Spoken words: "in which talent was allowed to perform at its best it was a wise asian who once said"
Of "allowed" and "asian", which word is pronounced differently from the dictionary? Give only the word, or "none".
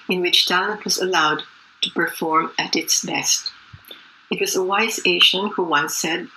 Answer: asian